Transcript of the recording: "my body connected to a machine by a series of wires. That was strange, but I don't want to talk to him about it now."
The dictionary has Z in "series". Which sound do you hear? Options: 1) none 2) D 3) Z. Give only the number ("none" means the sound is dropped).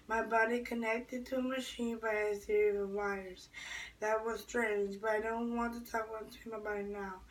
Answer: 1